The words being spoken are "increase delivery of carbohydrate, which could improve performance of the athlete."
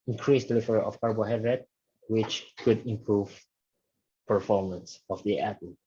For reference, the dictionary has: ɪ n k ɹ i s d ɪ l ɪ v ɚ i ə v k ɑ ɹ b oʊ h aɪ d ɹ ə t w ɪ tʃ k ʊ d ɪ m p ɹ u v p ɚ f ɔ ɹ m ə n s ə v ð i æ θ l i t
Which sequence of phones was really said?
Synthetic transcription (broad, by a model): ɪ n k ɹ i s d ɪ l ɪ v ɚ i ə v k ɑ ɹ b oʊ h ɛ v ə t w ɪ tʃ k ʊ d ɪ m p ɹ u v p ɚ f ɔ ɹ m ə n s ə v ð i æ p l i